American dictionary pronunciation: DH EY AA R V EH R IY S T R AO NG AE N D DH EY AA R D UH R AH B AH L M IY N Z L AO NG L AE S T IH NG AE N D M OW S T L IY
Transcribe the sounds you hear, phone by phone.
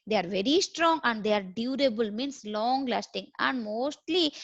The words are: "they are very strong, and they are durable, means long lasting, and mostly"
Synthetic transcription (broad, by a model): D EY AA R V EH R IY S T R AO NG AE N D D EY AA R D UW R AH B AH L M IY N S L AO NG L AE S T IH NG AE N D M OW S T L IY